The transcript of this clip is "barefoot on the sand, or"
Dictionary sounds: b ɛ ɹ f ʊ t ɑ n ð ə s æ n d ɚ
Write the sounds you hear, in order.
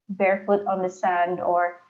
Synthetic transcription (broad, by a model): b ɛ ɹ f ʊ t n ð ə s æ n d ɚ